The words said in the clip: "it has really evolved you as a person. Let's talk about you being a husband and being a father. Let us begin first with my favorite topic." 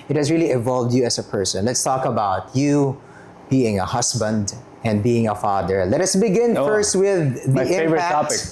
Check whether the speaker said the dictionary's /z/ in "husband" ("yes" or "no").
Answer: no